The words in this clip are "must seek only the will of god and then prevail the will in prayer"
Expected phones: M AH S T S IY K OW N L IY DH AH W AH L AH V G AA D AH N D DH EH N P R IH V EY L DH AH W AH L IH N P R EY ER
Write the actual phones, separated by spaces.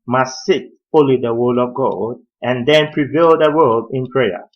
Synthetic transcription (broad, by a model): M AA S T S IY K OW L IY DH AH W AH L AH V G AA D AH N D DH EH N P R IH V EY L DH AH W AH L IH N P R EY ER